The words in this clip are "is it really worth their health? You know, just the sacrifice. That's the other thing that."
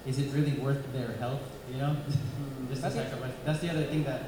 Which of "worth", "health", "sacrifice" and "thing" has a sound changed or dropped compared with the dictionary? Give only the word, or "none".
sacrifice